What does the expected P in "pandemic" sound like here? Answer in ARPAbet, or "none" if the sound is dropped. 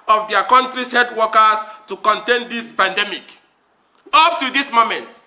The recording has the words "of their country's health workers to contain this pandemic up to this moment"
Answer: P